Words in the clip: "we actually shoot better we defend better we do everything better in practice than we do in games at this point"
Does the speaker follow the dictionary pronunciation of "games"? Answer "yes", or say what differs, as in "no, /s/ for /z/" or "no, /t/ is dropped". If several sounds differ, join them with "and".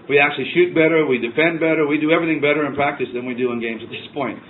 yes